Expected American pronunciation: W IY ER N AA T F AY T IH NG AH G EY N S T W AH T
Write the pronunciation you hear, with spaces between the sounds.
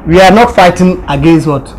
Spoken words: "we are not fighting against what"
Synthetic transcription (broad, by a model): W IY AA N AA T F AY T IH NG AH G EY N S T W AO T